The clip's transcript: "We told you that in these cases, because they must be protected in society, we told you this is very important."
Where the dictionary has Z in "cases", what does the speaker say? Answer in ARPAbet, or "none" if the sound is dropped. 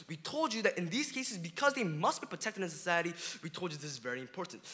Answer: Z